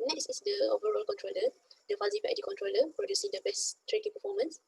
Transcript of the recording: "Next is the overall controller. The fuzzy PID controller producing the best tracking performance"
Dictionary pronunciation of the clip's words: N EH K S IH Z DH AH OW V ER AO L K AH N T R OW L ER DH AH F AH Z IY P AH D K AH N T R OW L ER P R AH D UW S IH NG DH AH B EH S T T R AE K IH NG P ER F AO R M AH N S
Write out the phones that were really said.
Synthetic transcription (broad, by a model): N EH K S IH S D AH OW V ER AO L K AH N T R OW L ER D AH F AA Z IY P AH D K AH N T R OW L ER P R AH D UW S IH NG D AH B EH S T T R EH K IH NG P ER F AO M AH N S